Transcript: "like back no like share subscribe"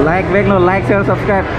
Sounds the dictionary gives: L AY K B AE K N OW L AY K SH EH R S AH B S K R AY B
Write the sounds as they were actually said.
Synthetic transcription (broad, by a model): L AY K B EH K N OW L AY K S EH L S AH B S K R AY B